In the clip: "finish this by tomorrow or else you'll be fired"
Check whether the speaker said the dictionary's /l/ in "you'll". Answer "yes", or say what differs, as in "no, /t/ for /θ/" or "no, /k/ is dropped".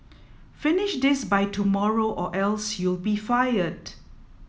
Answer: yes